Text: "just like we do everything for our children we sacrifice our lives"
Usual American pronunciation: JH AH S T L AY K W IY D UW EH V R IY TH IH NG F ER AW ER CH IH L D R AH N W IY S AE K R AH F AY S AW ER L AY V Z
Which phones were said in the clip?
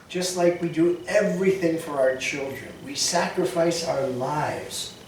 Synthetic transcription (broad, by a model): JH AH S T L AY K W IY D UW EH V R IY TH IH NG F ER AW ER CH IH L D R AH N W IY S AE K R AH F AY S AW ER L AY V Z